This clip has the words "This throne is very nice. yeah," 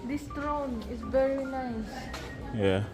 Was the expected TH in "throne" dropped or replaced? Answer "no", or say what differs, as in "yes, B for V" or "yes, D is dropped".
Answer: yes, T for TH